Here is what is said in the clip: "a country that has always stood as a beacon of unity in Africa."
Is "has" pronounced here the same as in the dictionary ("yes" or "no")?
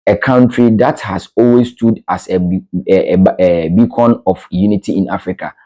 no